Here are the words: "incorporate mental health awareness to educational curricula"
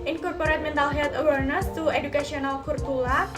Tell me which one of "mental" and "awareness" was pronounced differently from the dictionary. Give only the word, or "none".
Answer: none